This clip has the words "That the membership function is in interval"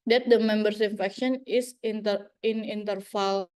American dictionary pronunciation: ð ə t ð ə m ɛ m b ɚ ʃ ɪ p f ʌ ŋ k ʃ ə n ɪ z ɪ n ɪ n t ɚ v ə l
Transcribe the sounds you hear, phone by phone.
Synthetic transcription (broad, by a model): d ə t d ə m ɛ m b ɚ s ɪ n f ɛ k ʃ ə n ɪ s ɪ n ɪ n t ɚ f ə l